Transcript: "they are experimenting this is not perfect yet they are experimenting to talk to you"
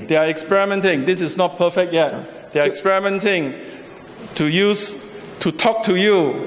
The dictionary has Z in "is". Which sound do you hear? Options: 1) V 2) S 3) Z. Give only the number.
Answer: 2